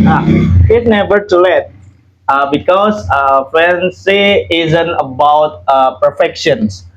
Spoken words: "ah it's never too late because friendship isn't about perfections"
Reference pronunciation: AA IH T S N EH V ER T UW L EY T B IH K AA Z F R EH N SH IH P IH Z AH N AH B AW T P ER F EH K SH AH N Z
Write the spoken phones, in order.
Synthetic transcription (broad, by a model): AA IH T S N EH V ER T UW L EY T B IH K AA S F EH N S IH IH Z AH N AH B AW T P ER F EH K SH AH N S